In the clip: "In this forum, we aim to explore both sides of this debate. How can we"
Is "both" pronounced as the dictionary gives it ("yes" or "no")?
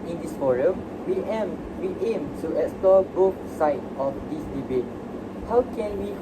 no